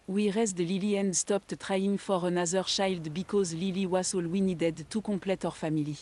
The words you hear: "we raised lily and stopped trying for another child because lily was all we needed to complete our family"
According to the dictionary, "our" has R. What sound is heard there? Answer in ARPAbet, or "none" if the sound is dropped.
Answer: R